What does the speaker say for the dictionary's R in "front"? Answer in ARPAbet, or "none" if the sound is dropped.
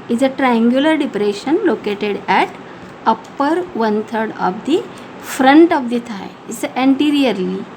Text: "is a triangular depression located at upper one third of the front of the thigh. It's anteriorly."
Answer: R